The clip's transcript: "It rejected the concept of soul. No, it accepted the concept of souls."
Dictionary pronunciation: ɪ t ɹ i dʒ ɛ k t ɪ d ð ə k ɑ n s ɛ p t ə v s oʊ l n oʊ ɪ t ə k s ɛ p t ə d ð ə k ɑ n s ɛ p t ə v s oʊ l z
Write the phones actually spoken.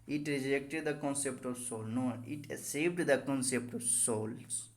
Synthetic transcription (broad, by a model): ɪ t ɹ i dʒ ɛ k t ɪ d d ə k ɑ n s ɛ p t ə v s oʊ l n oʊ ɪ t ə s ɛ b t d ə k ɑ n s ɛ p t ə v s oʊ l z